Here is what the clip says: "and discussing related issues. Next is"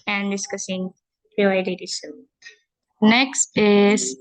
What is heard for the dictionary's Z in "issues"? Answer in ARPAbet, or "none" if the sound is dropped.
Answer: none